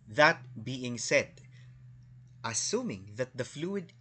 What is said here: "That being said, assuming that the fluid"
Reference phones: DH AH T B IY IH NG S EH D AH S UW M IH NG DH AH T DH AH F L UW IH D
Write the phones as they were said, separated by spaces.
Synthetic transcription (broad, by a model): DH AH T B IY IH NG S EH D AH S UW M IH NG DH AH T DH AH F L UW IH D